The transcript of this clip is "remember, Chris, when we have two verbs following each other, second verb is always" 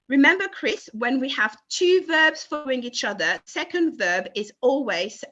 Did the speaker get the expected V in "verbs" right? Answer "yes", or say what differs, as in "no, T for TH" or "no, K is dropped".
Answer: yes